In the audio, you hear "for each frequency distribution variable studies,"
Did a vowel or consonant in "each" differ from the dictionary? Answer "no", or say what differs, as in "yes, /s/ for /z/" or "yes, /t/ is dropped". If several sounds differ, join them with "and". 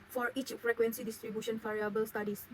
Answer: no